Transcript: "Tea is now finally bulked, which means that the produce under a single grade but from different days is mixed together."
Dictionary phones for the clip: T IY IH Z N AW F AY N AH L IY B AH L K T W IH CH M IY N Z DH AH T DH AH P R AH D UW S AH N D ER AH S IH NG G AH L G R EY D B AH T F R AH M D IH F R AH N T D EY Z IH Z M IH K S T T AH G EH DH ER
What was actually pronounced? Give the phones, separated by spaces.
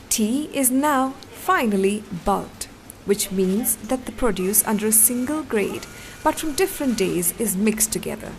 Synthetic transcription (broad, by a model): T IY IH Z N AW F AY N AH L IY B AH L T W IH CH M IY N Z DH AH T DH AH P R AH D UW S AH N D ER AH S IH NG G AH L G R EY D B AH T F R AH M D IH F R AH N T D EY Z IH Z M IH K S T T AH G EH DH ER